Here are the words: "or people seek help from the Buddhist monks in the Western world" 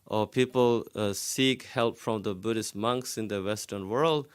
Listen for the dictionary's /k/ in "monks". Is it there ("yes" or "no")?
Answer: yes